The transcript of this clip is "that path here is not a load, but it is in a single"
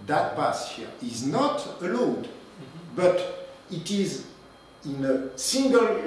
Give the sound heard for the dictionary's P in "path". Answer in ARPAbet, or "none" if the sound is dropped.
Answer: B